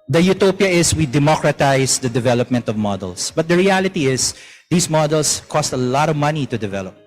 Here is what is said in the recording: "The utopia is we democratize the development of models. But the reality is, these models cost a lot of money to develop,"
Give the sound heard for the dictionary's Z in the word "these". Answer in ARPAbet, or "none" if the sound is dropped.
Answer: S